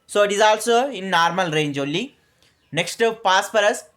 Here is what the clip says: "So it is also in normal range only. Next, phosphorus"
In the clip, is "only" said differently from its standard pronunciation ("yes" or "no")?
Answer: yes